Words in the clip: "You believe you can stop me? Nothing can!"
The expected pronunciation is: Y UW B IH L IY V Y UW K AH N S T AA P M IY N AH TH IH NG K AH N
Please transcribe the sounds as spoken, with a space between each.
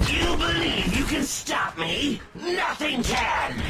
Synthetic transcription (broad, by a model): Y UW B IH L IY V Y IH K AH N S T AA P M IY N AH TH IH NG K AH N